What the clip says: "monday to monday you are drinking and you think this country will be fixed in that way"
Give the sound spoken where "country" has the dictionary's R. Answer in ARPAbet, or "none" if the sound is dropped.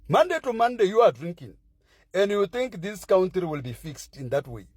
none